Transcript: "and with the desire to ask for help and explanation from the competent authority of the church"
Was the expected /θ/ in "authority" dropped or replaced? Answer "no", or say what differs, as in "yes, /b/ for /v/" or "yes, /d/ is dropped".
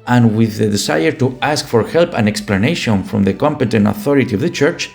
no